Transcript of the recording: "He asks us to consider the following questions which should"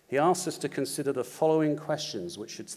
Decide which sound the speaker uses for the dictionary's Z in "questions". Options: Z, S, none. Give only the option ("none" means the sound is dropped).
Z